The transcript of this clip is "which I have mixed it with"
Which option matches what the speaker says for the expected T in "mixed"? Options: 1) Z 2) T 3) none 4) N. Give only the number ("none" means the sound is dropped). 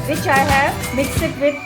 3